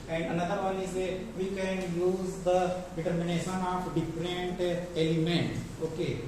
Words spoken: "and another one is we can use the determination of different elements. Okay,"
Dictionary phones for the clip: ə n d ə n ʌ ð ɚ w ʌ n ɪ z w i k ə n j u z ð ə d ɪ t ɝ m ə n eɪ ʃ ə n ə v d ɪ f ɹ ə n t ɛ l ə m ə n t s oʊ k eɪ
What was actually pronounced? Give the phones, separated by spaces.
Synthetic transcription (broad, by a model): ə n d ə n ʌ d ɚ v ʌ l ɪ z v i k ə n j u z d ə d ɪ t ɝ m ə n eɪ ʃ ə n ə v d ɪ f ɹ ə n t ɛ l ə m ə n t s oʊ k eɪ